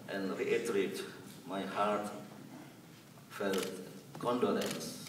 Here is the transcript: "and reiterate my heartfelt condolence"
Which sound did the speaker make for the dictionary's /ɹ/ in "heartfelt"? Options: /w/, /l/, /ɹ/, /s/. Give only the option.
/ɹ/